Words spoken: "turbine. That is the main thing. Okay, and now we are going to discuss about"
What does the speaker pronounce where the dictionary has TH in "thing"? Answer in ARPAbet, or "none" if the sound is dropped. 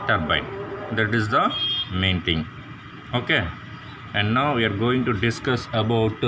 T